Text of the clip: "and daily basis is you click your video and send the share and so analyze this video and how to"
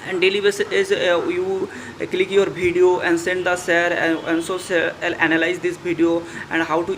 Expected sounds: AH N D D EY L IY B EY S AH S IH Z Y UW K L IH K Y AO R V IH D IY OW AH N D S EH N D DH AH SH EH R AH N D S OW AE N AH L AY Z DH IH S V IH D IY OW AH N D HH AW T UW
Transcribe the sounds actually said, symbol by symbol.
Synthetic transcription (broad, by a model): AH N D D EY L IY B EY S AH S IH Z Y UW K L IH K Y AO R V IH D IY OW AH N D S EH N D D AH S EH R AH N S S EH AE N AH L AY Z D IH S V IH D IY OW AH N D HH AW T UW